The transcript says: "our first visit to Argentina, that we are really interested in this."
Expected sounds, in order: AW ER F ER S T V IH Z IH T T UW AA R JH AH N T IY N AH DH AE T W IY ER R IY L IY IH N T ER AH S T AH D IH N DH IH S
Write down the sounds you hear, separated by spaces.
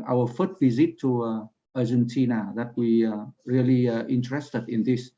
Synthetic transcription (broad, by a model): AW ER F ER T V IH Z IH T T UW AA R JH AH N T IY N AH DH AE T W IY R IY L IY IH N T ER AH S T AH D IH N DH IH S